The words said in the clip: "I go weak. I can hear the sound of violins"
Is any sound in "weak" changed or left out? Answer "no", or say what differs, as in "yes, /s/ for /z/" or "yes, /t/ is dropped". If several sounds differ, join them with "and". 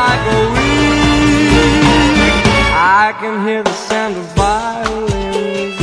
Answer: yes, /k/ is dropped